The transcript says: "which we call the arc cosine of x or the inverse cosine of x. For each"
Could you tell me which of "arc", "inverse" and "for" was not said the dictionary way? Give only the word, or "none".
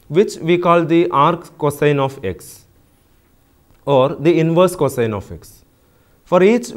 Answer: none